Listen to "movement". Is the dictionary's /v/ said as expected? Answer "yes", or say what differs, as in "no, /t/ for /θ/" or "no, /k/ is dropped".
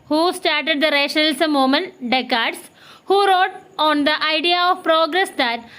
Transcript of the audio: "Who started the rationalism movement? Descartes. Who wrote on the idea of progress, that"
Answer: no, /v/ is dropped